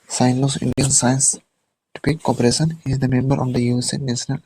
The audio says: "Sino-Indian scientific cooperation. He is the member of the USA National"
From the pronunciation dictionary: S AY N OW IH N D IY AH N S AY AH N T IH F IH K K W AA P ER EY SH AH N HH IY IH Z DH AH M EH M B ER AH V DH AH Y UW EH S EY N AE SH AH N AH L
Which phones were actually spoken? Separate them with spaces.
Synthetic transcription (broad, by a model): S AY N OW IH N D IY AH N S AY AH N T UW P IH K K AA P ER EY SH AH N HH IY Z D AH M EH M B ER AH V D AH Y UW EH S EY N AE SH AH N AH L